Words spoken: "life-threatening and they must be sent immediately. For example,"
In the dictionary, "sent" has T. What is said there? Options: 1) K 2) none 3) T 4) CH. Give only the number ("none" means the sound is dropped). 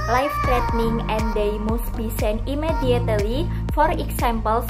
2